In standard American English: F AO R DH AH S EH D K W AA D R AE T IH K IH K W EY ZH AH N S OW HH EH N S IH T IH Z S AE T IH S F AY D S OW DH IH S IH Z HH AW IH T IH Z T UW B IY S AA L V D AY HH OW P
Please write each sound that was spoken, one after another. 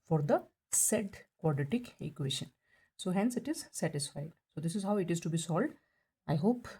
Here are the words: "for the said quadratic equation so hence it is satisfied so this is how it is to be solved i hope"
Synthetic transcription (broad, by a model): F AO R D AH S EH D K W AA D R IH T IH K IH K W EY SH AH N S OW HH EH N S IH T IH Z S AE T IH S F AY D S OW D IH S IH Z HH AW IH T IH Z T UW B IY S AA L D AY HH OW P